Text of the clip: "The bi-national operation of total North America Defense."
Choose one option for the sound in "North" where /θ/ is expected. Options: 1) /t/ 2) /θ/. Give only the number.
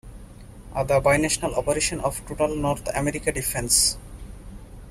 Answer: 1